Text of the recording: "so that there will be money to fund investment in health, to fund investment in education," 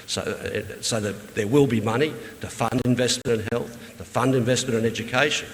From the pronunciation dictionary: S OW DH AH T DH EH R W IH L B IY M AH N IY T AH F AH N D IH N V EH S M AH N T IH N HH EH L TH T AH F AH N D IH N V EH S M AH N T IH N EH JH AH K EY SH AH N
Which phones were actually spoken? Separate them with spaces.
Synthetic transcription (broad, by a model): S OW DH AH T DH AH R W IH L B IY M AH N IY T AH F AH N D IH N V EH S M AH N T IH N HH EH L TH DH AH F AH N D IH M V EH S M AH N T IH N EH JH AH K EY SH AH N